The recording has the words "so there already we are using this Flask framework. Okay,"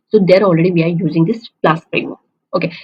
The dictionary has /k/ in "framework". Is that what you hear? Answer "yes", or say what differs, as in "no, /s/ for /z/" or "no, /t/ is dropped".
no, /k/ is dropped